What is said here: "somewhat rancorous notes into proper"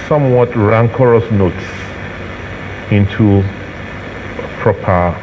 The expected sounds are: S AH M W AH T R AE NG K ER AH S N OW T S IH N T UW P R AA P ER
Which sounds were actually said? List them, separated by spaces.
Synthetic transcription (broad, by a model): S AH M W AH T R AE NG K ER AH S N OW T S IH N T UW P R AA P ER